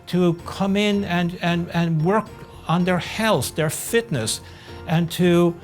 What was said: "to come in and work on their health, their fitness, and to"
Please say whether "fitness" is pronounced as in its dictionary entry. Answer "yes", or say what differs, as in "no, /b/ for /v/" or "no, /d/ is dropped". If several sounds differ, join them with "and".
yes